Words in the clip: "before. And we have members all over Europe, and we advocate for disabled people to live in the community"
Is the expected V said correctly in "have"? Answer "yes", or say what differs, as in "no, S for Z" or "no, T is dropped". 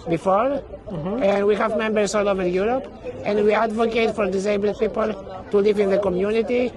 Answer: yes